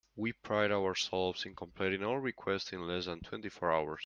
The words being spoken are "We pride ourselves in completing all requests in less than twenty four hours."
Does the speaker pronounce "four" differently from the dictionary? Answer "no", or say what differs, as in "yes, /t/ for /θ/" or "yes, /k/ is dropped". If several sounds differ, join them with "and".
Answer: no